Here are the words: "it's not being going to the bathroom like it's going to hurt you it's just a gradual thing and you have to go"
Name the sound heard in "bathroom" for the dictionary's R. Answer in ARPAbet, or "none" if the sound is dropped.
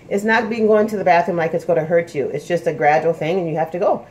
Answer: none